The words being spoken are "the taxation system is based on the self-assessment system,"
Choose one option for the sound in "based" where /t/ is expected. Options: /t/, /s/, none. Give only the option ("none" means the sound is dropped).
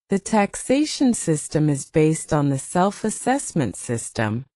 /t/